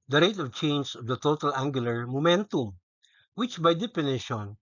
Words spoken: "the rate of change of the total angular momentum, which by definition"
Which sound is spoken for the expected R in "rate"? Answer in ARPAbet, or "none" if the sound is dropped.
R